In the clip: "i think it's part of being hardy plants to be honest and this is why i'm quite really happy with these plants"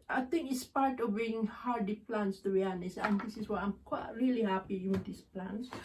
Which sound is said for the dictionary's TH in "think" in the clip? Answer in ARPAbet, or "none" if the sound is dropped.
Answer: T